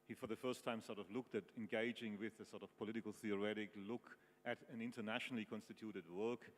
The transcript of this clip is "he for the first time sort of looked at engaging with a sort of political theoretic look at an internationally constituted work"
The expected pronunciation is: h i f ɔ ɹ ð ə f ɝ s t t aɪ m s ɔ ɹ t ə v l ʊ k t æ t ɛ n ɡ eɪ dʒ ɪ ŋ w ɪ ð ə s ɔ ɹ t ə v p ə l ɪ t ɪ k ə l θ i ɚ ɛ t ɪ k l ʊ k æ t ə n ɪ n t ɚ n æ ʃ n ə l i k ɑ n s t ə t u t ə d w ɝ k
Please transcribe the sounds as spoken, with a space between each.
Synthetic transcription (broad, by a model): h i f ɔ ɹ ð ə f ɝ s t t aɪ m s ɔ ɹ t ə v l ʊ k t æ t ɛ n ɡ eɪ dʒ ɪ ŋ w ɪ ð ə s ɔ ɹ t ə v p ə l ɪ t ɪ k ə l θ i ɚ ɛ t ɪ k l ʊ k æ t ə n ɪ n t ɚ n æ ʃ n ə l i k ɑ n s t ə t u t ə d w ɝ k